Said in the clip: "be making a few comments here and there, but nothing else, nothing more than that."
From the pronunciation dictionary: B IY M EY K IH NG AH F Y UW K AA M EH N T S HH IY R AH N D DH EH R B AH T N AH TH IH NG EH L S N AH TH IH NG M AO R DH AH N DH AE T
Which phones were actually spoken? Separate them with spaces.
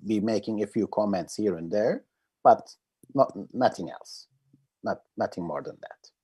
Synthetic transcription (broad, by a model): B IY M EY K IH NG AH F Y UW K AA M EH N T S HH IY R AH N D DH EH R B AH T N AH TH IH NG EH L S N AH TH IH NG M AO R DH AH N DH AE T